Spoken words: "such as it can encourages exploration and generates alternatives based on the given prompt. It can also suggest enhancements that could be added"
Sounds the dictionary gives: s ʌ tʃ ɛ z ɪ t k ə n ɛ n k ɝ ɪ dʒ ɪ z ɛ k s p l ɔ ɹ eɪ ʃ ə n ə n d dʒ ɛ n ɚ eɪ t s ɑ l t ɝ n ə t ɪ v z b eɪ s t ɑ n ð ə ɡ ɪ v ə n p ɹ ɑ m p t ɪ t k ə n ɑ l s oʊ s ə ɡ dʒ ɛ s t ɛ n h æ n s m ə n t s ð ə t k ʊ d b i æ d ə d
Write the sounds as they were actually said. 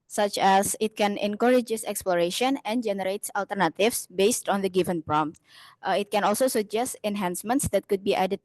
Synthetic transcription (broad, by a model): s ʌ tʃ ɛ s ɪ t k ə n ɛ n k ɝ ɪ dʒ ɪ s ɛ k s p l ɔ ɹ eɪ ʃ ə n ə n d dʒ ɛ n ɚ eɪ t s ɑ l t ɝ n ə t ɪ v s b eɪ s t ɑ n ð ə ɡ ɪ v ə n p ɹ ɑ m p t ɪ t k ə n ɑ l s oʊ s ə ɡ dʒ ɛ s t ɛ n h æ n s m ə n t s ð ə t k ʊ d b i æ d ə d